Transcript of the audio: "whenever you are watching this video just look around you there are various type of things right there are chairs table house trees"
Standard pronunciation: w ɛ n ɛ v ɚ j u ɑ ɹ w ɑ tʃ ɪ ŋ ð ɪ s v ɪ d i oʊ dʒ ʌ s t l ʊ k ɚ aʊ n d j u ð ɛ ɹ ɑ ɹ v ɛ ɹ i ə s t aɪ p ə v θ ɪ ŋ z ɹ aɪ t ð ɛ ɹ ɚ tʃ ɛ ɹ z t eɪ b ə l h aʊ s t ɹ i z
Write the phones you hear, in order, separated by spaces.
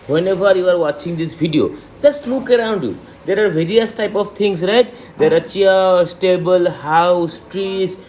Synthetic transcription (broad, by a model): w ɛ n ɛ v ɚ j u ɑ ɹ w ɑ tʃ ɪ ŋ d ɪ s b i d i oʊ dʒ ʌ s t l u k ɚ aʊ n d j u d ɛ ɹ ɑ ɹ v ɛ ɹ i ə s t aɪ p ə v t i ŋ s ɹ aɪ t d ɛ ɹ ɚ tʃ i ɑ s t eɪ b ə l h aʊ s t ɹ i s